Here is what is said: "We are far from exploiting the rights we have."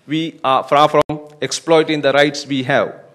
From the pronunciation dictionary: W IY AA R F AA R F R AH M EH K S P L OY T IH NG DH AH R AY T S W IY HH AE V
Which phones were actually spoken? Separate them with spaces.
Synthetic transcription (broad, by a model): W IY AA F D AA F R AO M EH K S P L OY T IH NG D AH R AY T S W IY HH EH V